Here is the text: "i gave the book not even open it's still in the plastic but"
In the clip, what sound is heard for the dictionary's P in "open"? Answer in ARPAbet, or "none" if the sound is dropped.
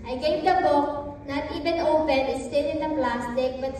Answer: B